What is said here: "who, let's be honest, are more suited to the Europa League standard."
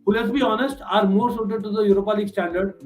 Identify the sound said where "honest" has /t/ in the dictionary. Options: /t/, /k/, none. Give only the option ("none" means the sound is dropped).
/t/